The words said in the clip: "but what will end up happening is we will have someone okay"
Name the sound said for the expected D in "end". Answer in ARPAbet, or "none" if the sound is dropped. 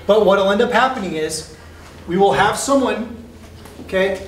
D